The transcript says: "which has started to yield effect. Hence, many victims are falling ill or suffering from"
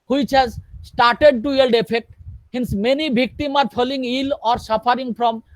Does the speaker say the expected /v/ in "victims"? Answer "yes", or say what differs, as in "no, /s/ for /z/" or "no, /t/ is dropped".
no, /b/ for /v/